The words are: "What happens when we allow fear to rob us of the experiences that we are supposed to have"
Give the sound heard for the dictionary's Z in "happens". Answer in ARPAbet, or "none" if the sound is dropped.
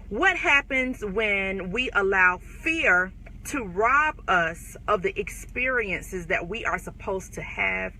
Z